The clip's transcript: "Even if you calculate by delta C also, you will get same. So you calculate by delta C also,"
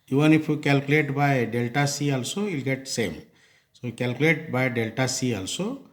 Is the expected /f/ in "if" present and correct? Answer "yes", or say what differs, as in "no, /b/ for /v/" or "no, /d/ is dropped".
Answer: no, /p/ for /f/